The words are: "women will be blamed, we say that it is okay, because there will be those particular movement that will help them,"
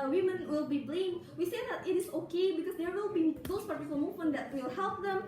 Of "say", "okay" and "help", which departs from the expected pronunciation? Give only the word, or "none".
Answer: none